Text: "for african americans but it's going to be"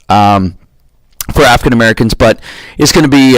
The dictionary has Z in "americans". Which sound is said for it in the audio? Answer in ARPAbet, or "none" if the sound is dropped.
Z